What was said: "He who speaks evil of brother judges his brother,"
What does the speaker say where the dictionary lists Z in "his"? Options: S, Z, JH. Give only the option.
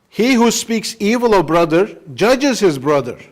Z